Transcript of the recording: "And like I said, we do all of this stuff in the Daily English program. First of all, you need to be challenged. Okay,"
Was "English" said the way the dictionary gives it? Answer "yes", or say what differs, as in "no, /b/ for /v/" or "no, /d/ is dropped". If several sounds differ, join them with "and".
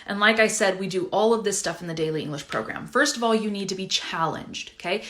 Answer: yes